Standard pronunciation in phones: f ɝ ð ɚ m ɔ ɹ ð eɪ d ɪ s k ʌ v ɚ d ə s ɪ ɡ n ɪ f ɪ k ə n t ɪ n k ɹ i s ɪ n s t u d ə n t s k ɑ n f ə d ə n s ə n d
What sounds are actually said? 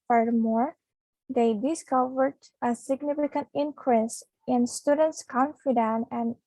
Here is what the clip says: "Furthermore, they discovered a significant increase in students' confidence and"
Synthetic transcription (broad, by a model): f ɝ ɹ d m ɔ ɹ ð eɪ d ɪ s k ʌ v ɚ d ə s ɪ ɡ n ɪ f ɪ k ə n t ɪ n k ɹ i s ɪ n s t u d ə n t s k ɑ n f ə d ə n ə n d